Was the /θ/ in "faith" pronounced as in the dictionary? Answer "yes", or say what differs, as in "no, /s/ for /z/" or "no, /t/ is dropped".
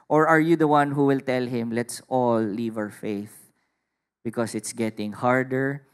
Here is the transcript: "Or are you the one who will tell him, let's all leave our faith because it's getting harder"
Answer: yes